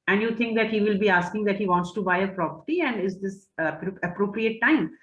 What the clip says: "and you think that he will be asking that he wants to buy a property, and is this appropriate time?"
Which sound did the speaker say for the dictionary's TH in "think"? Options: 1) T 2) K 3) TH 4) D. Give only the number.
1